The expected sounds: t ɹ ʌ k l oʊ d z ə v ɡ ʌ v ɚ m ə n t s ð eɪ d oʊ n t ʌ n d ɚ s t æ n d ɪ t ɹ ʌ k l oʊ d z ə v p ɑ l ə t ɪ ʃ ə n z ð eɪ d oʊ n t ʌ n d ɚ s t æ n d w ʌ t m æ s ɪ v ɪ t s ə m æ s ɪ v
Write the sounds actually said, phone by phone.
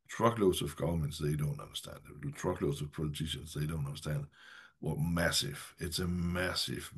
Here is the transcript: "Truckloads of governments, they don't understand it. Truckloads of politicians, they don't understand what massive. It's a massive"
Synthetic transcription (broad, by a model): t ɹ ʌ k l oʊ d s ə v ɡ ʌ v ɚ m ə n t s ð eɪ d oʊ n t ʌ n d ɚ s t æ n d ɪ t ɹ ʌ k l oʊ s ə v p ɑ l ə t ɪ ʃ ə n s ð eɪ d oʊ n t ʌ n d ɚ s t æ n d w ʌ m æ s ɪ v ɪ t s ə m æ s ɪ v